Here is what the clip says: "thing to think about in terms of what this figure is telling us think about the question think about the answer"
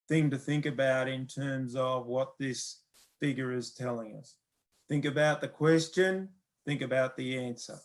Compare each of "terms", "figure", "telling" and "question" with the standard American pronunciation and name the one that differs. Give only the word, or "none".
none